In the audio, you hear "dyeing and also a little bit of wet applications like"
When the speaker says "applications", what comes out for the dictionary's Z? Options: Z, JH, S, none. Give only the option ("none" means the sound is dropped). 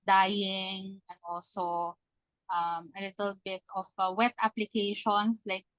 S